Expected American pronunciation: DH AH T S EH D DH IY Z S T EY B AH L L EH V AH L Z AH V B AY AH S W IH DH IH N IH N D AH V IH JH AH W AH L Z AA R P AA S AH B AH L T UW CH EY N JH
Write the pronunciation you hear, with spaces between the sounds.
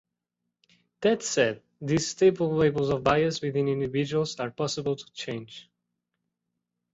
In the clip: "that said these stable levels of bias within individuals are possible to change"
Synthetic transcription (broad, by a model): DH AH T S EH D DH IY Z S T EY B AH L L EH B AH L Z AH V B AY AH S W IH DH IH N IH N D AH V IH JH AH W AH L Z AA R P AA S AH B AH L T UW CH EY N JH